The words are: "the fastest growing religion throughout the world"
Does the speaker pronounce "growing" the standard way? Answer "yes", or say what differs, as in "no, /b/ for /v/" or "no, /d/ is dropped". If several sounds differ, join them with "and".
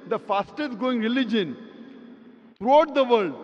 no, /ɹ/ is dropped